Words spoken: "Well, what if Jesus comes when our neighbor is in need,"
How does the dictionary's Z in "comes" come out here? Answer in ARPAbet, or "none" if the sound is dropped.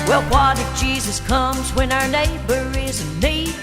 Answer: Z